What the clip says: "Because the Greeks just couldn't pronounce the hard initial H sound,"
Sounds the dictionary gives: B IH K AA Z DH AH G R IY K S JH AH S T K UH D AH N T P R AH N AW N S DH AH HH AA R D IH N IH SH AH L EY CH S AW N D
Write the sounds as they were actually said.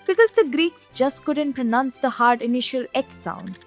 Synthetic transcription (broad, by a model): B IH K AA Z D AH G R IY K S JH AH S T K UH D AH N T P R AH N AW N S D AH HH AA R D IH N IH SH AH L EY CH S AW N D